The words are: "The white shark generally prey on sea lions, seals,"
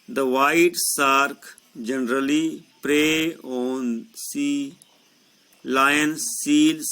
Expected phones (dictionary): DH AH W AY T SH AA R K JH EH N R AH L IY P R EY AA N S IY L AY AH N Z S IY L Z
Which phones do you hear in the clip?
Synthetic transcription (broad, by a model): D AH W AY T S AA R K JH EH N R AH L IY P R EY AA N S IY L AY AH N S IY L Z